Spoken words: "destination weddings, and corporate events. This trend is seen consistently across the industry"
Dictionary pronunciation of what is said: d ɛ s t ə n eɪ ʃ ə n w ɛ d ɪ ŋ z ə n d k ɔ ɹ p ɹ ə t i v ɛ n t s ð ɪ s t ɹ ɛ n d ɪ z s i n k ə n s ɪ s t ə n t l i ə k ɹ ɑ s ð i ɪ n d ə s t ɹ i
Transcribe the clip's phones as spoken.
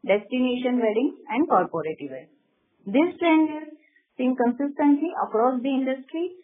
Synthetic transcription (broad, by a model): d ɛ s t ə n eɪ ʃ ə n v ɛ d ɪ ŋ ə n d k ɔ ɹ p ɹ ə t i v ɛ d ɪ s t ɹ ɛ n d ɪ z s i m k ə n s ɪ s t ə n t l i ə k ɹ ɑ s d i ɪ n d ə s t ɹ i